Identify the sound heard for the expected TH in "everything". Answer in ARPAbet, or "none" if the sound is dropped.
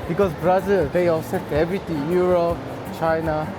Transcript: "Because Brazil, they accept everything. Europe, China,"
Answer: T